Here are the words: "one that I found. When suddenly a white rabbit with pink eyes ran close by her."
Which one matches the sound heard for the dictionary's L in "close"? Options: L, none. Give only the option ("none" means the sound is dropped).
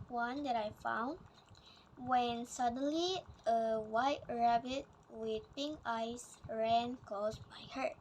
none